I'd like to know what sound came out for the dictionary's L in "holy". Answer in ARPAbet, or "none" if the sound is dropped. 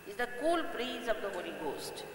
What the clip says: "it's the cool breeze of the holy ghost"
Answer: N